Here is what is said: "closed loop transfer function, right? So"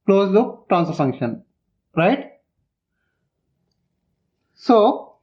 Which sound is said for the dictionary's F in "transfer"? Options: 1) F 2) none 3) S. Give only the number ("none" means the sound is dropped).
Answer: 2